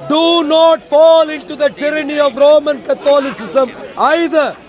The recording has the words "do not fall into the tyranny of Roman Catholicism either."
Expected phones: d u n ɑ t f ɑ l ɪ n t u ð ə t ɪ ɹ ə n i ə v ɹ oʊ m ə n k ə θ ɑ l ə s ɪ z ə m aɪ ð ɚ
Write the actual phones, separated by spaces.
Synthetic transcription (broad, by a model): d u n ɑ t f ɑ l ɪ n t u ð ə t ɪ ɹ ə n i ə v ɹ oʊ m ə n k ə t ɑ l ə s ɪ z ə m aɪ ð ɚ